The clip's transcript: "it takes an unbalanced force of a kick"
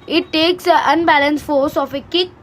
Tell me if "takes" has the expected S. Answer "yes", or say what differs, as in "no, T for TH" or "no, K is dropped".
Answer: yes